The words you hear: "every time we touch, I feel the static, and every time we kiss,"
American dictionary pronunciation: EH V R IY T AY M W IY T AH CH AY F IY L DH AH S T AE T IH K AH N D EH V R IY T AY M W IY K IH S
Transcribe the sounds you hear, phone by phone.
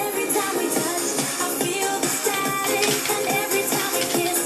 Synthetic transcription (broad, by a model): EH V R IY T AY M W IY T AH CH AY F IY L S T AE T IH AH N EH V R IY T AY M W IY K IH